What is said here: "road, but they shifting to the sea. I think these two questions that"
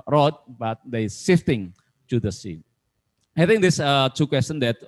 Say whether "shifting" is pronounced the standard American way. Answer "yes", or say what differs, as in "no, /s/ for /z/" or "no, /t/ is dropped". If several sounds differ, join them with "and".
no, /s/ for /ʃ/